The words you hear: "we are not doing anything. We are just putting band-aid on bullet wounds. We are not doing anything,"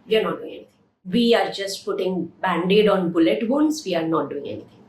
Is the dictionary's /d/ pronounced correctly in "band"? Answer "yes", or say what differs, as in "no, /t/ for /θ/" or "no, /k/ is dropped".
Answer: yes